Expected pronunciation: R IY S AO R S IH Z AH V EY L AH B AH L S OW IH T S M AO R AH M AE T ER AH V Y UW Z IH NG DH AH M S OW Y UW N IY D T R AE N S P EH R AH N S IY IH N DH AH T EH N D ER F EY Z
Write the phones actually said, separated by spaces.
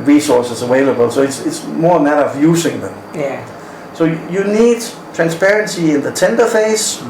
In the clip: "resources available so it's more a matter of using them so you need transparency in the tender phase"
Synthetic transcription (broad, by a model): R IY S AO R S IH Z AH W EY L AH B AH L S OW IH T S M AO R AH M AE T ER AH V Y UW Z IH NG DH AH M S OW Y UW N IY D T R AE N S P EH R AH N S IY IH N DH AH T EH N D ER F EY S